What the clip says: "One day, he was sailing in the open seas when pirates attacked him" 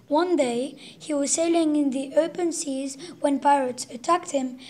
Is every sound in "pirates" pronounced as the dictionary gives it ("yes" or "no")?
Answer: yes